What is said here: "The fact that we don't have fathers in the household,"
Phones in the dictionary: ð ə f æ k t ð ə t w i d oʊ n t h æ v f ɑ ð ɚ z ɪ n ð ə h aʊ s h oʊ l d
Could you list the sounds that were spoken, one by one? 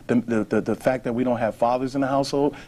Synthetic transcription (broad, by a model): ð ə f æ k ð ə t w i d oʊ n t h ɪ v f ɑ ð ɚ z ɪ n ð ə h aʊ s h oʊ l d